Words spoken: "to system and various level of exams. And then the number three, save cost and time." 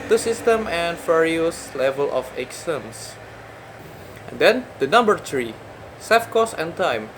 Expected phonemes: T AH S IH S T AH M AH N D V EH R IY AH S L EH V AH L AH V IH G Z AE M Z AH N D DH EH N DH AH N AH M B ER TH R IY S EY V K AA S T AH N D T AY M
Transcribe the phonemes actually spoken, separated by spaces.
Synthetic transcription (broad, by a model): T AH S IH S T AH M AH N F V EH R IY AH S L EH V AH L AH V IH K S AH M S AH N D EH N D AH N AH M B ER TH R IY S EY F K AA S AH N T AY M